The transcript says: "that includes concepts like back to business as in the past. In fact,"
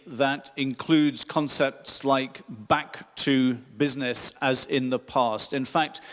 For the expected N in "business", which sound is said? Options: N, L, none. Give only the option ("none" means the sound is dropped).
N